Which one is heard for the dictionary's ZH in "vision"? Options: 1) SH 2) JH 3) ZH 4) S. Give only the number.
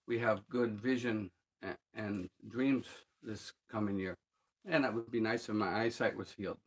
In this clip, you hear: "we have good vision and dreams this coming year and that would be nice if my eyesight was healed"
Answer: 3